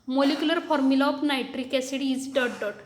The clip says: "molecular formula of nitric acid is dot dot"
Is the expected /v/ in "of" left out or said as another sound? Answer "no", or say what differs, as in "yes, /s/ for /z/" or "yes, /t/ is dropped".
yes, /p/ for /v/